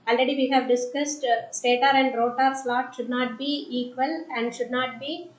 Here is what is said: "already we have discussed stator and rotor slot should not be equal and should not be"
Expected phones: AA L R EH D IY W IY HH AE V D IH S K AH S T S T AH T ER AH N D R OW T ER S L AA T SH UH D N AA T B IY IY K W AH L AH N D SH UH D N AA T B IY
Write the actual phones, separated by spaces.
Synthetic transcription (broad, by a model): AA L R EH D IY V IY HH AE V D IH S K AH S T S T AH T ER AH N D R OW T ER S L AA T SH UH D N AA T B IY IY K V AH L AH N D SH UH D N AA T B IY